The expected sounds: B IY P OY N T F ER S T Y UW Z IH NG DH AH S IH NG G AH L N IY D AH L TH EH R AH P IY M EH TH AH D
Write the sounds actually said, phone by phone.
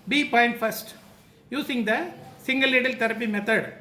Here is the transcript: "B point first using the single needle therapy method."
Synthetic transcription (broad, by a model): B IY P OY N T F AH S T Y UW S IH NG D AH S IH NG G AH L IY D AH L T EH R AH P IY M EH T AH D